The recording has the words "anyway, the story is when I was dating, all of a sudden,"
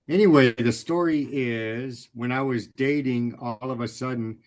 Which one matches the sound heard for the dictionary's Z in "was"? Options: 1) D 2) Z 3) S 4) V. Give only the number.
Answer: 2